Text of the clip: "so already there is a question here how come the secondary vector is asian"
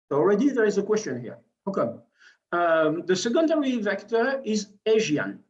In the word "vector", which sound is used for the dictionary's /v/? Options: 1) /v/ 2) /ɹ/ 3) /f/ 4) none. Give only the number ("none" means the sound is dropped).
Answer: 1